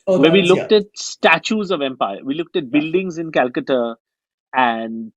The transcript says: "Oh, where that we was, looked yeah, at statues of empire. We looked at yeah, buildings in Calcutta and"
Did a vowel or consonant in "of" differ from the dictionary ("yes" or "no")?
no